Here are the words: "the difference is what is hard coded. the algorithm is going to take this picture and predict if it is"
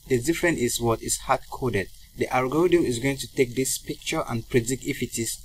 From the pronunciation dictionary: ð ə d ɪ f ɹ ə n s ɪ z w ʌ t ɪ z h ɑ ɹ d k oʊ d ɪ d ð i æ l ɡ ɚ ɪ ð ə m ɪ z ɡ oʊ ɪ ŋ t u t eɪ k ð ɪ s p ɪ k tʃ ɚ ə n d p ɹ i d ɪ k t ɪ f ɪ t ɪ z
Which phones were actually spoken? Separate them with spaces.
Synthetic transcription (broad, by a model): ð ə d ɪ f ɹ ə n ɪ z w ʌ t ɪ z h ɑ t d k oʊ d ɪ d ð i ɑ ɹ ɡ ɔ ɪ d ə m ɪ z ɡ oʊ ɪ ŋ t u t eɪ k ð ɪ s p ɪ k tʃ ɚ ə n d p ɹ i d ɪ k ɪ f ɪ t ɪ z